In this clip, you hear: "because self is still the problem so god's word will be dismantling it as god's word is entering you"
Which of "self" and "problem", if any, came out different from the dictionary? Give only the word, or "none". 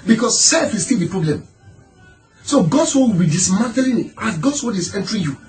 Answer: none